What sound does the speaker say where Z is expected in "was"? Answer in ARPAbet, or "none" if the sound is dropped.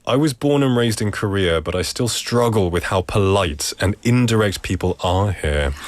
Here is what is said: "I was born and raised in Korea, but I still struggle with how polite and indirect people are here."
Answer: Z